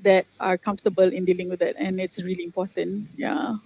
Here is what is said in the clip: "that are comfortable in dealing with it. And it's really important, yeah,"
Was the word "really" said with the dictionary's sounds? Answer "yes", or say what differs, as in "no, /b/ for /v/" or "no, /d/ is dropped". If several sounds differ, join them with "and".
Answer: yes